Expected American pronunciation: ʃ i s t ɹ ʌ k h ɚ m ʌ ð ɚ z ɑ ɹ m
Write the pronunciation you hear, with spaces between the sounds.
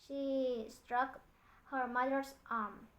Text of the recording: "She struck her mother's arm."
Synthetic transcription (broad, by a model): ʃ i s t ɹ ʌ k h ɚ m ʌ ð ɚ s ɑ ɹ m